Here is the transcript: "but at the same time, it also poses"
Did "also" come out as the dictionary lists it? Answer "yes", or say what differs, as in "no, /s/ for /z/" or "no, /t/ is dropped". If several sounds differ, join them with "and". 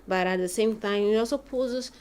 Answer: no, /l/ is dropped